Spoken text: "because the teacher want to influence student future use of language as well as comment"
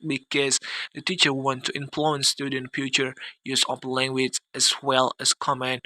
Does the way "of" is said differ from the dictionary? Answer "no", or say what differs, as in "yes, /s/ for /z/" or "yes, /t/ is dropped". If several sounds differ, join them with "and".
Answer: yes, /p/ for /v/